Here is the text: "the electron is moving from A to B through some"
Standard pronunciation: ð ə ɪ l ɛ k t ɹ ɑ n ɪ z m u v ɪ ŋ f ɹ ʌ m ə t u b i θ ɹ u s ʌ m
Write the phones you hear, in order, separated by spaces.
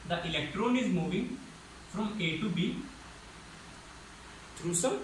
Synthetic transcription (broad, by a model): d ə ɪ l ɛ k t ɹ ɑ n ɪ z m u v ɪ ŋ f ɹ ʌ m ə t u b i t ɹ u s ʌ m